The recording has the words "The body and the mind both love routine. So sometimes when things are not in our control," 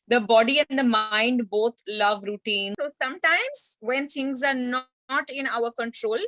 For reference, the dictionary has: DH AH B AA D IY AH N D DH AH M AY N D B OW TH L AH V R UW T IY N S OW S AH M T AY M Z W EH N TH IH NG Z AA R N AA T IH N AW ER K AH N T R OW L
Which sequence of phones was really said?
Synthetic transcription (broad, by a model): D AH B AA D IY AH N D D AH M AY N D B OW T L AH V R UW T IY N S OW S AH M T AY M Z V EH N T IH NG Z AA R N AA T IH N AW ER K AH N T R OW L